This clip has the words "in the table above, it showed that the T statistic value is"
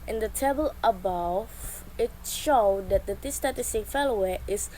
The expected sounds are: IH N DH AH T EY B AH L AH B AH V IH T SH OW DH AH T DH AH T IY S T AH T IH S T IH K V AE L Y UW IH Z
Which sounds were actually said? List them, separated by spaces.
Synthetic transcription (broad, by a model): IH N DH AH T EY B AH L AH B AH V IH T SH OW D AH T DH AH T IY S T AH T IH S T IH K F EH L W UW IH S